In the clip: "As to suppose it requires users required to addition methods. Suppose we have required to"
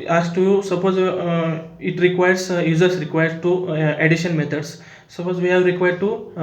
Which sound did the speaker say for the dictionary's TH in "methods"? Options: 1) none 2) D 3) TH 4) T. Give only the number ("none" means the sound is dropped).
4